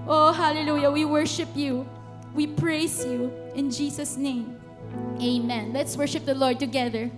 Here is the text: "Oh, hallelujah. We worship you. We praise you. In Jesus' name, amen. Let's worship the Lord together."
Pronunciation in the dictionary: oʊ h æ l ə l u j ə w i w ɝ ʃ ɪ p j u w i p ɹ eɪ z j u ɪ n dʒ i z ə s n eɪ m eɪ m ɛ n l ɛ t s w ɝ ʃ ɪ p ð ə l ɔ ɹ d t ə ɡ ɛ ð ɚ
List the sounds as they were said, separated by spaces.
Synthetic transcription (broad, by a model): oʊ h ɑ l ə l u j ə w i w ɝ ʃ ɪ p j u w i p ɹ eɪ s j u ɪ n dʒ i s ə s n eɪ m eɪ m ɛ n l ɛ t s w ɝ ʃ ɪ p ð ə l ɔ ɹ d t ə ɡ ɛ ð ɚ